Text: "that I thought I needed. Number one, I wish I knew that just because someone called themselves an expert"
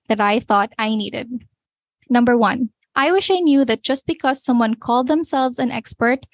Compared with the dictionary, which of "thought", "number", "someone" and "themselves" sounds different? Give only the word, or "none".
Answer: none